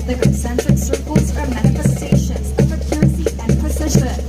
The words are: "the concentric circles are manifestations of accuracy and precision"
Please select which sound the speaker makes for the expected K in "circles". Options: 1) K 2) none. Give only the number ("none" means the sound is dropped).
1